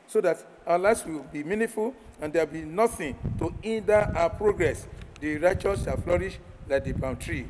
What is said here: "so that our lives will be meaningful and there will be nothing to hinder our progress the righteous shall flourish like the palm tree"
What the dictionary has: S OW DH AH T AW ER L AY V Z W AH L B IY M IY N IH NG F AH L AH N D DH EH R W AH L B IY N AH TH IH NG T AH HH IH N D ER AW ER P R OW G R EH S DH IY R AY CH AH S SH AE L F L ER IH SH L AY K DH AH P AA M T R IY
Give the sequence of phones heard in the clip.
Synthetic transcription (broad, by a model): S OW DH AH T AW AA L AY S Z W AH L B IY M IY N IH F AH L AH N D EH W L B IY N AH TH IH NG T AH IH N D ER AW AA P R OW G R EH S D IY R AY CH AH S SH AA L F L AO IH SH L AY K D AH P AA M T R IY